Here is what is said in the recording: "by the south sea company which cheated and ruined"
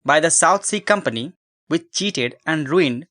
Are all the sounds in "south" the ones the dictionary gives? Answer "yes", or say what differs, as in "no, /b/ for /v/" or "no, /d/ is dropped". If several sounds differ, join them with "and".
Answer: no, /t/ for /θ/